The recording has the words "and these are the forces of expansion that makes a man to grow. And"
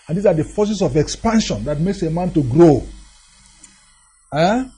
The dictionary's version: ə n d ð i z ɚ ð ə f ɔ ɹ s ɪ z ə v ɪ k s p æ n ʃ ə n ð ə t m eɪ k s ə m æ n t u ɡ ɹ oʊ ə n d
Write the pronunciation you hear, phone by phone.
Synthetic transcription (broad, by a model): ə n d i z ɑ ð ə f ɔ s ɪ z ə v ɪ k s p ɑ n ʃ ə n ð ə t m eɪ k s ə m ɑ n t u ɡ ɹ oʊ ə